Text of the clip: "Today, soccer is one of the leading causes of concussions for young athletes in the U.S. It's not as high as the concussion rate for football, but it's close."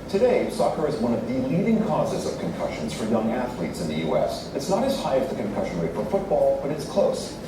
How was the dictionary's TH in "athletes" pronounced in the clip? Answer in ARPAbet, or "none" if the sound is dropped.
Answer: TH